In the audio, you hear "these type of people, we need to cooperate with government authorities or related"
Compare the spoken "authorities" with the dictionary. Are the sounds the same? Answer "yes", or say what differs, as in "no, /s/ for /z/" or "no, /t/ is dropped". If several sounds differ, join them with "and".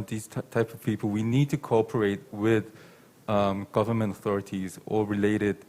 yes